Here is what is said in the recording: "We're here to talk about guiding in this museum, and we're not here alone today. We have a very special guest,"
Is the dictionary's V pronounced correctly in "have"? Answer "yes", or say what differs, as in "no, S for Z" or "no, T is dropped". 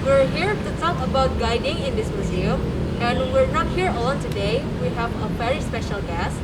yes